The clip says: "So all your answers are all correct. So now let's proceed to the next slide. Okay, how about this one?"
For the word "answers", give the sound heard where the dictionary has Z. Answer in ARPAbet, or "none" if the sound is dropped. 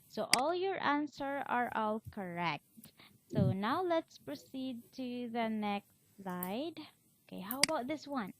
none